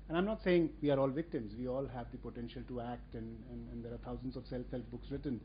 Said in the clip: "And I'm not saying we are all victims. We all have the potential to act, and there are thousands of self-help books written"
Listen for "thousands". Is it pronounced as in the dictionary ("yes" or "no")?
no